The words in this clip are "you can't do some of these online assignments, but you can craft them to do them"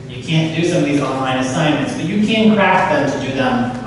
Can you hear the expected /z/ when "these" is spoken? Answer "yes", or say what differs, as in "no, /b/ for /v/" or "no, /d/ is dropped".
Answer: yes